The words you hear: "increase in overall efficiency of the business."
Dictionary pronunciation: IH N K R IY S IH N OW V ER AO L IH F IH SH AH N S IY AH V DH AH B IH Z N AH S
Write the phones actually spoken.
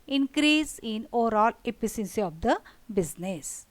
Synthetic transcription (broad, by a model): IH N K R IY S IH N OW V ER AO L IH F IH S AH N S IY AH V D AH B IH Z N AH S